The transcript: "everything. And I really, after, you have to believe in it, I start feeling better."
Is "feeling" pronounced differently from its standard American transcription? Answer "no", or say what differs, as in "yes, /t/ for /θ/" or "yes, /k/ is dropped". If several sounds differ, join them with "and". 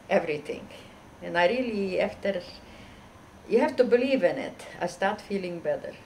no